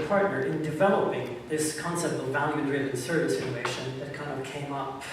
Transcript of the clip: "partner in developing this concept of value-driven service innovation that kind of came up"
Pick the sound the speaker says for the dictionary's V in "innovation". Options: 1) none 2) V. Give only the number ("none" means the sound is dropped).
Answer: 1